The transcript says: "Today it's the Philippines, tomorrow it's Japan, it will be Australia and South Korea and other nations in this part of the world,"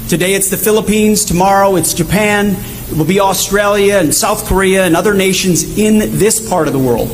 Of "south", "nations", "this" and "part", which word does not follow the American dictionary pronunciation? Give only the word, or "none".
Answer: none